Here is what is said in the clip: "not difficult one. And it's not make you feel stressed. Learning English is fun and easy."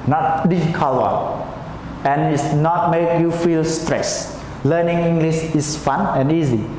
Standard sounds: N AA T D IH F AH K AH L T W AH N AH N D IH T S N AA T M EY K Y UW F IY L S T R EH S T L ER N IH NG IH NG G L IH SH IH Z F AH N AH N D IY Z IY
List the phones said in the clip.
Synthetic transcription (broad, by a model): N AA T D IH F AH K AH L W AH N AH N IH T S N AA T M EY K Y UW F IY L S T R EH S L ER N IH NG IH NG G L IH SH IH S F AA N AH N IY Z IY